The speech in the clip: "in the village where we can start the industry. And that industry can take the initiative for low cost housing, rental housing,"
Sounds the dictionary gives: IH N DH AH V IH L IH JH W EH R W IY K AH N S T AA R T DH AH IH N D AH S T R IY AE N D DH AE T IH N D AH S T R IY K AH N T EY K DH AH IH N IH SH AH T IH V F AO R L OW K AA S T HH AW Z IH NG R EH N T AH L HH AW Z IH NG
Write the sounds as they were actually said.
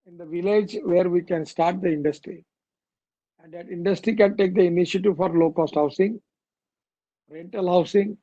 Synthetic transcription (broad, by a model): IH N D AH V IH L IH JH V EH R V IY K AH N S T AA R T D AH IH N D AH S T R IY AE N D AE T IH N D AH S T R IY K AH N T EY K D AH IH N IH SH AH T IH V F AO R L OW K AA S T HH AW S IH NG R EH N T AH L HH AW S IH NG